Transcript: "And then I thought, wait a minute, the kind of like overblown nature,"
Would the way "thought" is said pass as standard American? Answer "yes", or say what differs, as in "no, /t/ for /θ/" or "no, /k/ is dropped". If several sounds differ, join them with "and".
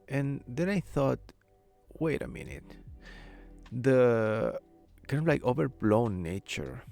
yes